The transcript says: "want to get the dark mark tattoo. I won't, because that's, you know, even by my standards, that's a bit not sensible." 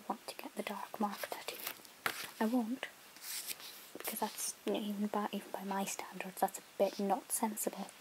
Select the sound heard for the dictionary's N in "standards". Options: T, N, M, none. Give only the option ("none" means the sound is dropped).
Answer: N